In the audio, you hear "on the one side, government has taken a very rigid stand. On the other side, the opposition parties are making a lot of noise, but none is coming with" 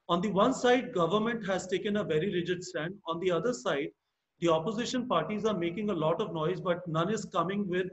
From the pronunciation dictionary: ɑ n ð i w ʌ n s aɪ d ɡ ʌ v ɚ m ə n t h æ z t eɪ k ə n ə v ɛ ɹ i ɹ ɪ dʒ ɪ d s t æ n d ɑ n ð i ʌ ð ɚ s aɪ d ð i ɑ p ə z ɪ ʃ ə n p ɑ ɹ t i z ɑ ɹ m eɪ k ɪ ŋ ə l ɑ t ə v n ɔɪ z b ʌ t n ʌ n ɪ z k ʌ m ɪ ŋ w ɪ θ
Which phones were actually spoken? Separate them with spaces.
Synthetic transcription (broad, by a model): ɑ n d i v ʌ n s aɪ d ɡ ʌ v ɚ m ə n t h æ z t eɪ k ə n ə v ɛ ɹ i ɹ ɪ dʒ ɪ d s t æ n d ɑ n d i ʌ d ɚ s aɪ d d i ɑ p ə z ɪ ʃ ə n p ɑ ɹ t i z ɑ ɹ m eɪ k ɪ ŋ ə l ɑ t ə v n ɔɪ z b ʌ t n ʌ n ɪ z k ʌ m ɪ ŋ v ɪ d